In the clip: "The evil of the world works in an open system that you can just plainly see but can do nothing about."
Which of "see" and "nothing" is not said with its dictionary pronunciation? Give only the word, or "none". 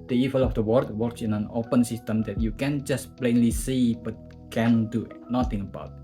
nothing